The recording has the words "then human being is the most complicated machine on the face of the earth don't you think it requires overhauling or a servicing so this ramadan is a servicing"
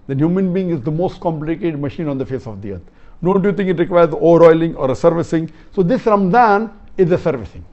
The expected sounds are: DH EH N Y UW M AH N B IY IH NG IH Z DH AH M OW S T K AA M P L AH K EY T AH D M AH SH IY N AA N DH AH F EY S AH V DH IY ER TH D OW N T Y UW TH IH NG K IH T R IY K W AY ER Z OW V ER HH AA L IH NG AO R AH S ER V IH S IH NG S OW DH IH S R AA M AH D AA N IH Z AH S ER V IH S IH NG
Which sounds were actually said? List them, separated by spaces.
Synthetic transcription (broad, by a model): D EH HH Y UW M AH N B IY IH NG IH Z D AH M OW S T K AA M P L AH K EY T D M AH SH IY N AA N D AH F EY S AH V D IY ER T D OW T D Y UW T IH NG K IH T R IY K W AY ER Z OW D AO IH L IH NG AO R AH S ER V IH S IH NG S OW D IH S R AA M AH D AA N IH Z AH S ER V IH S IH NG